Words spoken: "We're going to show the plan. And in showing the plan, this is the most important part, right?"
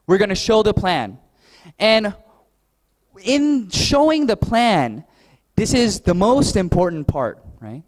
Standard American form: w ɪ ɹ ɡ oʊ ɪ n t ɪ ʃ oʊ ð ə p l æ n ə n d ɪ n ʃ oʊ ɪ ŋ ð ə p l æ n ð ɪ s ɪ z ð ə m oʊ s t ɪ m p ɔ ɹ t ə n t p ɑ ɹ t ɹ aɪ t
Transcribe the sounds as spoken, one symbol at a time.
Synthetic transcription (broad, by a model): w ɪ ɹ ɡ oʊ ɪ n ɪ ʃ oʊ ð ə p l æ n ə n ɪ n ʃ oʊ ɪ ŋ ð ə p l æ n ð ɪ s ɪ z ð ə m oʊ s t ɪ m p ɔ ɹ t n p ɑ ɹ t ɹ aɪ t